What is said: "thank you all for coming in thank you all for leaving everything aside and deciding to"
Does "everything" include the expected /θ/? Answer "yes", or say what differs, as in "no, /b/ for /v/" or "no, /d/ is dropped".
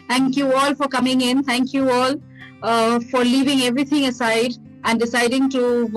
no, /t/ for /θ/